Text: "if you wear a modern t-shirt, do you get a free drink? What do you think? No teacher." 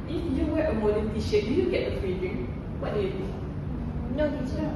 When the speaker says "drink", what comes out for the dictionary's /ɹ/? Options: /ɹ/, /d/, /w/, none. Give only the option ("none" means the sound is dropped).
none